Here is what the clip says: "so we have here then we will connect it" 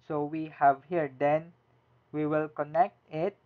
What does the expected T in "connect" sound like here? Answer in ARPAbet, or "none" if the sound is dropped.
T